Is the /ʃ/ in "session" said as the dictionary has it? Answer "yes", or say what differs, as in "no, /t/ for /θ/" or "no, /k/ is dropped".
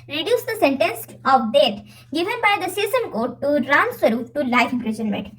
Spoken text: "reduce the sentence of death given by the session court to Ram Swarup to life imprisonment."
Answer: no, /s/ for /ʃ/